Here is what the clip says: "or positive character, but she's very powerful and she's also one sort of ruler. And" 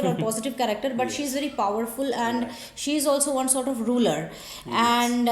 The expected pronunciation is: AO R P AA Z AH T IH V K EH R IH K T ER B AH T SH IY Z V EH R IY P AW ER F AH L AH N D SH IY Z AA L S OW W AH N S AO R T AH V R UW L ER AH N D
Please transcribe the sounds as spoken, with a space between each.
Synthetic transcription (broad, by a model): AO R P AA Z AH T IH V K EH R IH K T ER B AH T SH IY Z V EH R IY P AW ER F AH L AH N D SH IY Z AA L S OW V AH N S AO R T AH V R UW L ER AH N D